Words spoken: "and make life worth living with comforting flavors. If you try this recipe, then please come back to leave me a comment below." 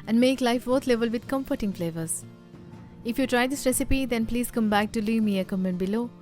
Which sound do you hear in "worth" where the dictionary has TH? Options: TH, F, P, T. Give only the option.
T